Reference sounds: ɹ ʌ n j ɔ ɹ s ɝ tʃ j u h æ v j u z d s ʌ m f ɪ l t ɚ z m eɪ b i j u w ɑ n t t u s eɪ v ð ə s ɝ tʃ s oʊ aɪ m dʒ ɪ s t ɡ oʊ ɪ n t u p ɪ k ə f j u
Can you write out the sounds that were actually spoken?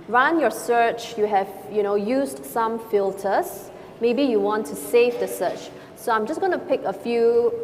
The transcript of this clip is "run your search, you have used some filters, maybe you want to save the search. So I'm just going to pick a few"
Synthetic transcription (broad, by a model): ɹ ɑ n j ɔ s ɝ tʃ j u h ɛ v j u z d s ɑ m f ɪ l t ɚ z m eɪ b i j u w ɑ n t t u s eɪ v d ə s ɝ tʃ s oʊ aɪ m dʒ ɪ s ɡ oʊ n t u p ɪ k ə f j u